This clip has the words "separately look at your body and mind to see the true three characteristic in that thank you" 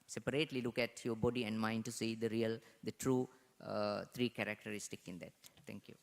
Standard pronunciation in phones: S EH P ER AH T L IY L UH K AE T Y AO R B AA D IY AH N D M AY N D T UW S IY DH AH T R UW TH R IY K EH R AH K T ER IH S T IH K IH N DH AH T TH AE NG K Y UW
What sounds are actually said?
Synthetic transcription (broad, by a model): S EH P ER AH T L IY L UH K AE T Y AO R B AA D IY AH N D M AY N D T UW S IY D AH T R UW T R IY K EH R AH K T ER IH S T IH K IH N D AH T T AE NG K Y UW